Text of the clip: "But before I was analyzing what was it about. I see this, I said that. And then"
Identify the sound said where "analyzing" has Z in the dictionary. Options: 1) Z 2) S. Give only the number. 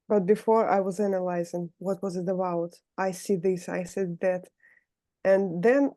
1